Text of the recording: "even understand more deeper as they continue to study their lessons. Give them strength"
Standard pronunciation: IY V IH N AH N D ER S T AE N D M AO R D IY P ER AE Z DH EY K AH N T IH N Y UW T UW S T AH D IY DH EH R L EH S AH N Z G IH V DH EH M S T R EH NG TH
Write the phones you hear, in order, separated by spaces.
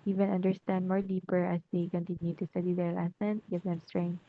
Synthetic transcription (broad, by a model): IY V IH N AH N D ER S T AE N D M AO R D IY P ER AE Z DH EY K AH N T IH N Y UW T UW S T AH D IY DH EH R L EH S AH N G IH V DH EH M S T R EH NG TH